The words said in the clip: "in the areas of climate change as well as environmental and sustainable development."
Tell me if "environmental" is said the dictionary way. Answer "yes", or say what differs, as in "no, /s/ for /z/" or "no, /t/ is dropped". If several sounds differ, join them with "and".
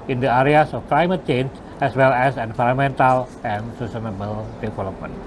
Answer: no, /f/ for /v/ and /n/ is dropped